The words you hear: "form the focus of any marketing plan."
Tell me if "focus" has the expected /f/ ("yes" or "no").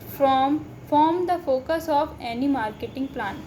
yes